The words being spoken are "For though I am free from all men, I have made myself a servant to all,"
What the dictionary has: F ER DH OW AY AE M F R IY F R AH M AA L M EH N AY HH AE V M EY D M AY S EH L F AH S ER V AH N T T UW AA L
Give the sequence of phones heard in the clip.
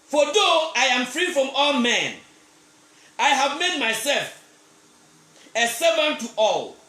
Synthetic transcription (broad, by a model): F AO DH OW AY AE M F R IY F R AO M AA L M EH N AY HH AE V M EY D M AY S EH L F AH S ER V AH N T T UW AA L